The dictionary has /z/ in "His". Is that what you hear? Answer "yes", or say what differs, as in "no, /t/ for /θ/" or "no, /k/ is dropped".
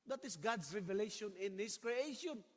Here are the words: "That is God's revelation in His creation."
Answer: no, /s/ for /z/